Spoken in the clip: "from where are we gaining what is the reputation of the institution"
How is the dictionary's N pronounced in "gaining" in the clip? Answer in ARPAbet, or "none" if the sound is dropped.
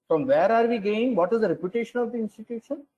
none